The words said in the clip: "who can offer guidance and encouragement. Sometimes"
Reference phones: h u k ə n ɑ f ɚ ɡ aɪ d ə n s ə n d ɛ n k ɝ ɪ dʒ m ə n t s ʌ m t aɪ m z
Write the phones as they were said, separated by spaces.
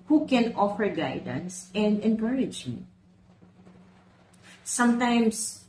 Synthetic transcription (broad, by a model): h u k ə n ɑ f ɚ ɡ aɪ d ə n s ə n d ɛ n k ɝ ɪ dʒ ə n s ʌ m t aɪ m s